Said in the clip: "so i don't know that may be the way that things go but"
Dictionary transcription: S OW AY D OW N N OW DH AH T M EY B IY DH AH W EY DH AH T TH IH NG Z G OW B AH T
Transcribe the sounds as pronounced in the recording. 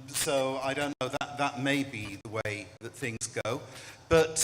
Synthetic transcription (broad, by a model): S OW AY D OW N N OW DH AH T M EY B IY DH AH W EY DH AH T TH IH NG Z G OW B AH T